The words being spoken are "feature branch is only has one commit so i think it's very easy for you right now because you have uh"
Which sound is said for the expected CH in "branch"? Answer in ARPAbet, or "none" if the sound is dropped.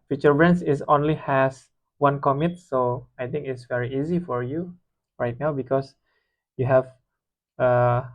S